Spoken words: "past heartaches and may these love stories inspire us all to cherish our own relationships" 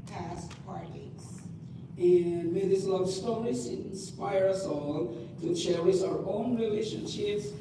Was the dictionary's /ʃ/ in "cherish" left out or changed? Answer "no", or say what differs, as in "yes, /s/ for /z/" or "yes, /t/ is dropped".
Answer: yes, /s/ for /ʃ/